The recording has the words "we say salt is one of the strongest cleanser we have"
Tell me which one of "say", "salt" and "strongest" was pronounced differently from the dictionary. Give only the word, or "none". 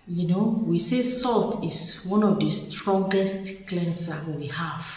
none